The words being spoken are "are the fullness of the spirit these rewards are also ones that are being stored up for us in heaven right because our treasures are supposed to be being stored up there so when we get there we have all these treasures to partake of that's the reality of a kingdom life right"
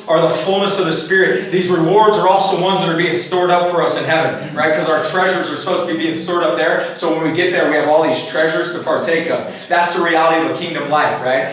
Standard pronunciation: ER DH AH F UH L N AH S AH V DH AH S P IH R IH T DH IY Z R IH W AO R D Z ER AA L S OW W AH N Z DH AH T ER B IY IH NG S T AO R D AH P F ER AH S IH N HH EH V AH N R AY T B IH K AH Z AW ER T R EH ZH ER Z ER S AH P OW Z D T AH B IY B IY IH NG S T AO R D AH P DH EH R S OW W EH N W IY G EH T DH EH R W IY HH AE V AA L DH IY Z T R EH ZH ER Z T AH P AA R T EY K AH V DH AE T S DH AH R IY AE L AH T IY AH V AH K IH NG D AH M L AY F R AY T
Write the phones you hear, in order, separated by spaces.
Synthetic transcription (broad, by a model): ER DH AH F UH L N AH S AH V DH AH S P IH R IH T DH IY Z R IH W AO R D Z ER AA L S OW W AH N Z DH AH T ER B IY IH NG S T AO R D AH P F ER AH S IH N HH EH V AH N R AY T K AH Z AW ER T R EH ZH ER Z ER S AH P OW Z T AH B IY B IY IH NG S T AO R D AH P DH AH R S OW W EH N W IY G EH T DH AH R W IY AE V AA L DH IY Z T R EH ZH ER Z T AH P AA R T EY K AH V DH AE T S DH AH R IY AE L AH T IY AH V AH K IH NG D AH M L AY F R AY T